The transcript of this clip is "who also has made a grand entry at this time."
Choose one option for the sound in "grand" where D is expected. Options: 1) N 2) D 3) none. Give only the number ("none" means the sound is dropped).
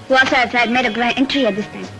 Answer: 3